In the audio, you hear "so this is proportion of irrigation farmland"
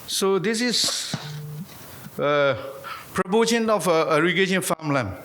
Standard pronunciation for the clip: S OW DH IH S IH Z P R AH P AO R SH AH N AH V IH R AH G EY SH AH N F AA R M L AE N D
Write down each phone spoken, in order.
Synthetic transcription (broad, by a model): S OW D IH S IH S P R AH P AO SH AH N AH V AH R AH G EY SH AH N F AA M L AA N